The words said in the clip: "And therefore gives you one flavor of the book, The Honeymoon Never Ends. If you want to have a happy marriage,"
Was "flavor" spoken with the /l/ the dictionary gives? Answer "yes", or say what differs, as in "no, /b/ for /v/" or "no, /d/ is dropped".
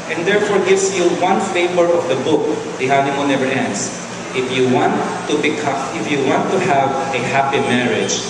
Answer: no, /l/ is dropped